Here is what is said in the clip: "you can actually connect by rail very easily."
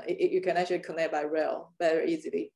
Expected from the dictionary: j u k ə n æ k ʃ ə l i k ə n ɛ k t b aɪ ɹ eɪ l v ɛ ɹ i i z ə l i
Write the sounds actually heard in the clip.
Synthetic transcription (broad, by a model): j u k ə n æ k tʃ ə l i k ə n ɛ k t b aɪ ɹ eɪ l b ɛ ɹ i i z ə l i